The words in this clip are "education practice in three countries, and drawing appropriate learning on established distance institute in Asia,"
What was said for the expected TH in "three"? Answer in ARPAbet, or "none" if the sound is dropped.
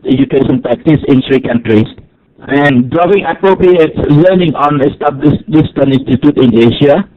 S